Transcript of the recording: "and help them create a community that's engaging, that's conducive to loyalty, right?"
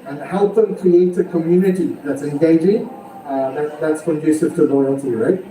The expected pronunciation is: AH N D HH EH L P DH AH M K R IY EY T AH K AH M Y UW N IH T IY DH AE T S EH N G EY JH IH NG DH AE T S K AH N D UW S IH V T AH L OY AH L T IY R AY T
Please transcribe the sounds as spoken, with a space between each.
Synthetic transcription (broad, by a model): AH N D HH EH L P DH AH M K IY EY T AH K AH M Y UW N IH T IY DH AE T S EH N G EY JH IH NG DH AE T S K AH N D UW S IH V T AH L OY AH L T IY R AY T